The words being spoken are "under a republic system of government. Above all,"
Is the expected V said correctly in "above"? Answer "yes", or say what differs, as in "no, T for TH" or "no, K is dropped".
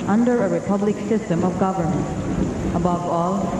yes